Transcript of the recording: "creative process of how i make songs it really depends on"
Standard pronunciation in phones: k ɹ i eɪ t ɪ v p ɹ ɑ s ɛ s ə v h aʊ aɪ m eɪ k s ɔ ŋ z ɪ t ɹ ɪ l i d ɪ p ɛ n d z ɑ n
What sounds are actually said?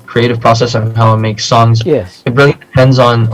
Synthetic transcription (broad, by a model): k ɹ i eɪ t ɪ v p ɹ ɑ s ɛ s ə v h aʊ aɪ m eɪ k s ɔ ŋ z ɪ t ɹ ɪ l i d ɪ p ɛ n d z n